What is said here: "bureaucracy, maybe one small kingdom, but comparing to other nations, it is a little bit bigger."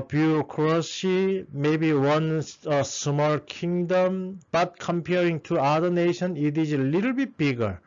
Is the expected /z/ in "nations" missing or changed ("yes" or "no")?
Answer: yes